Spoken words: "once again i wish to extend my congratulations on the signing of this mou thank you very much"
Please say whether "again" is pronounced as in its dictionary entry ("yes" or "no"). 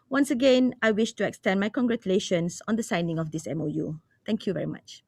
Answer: yes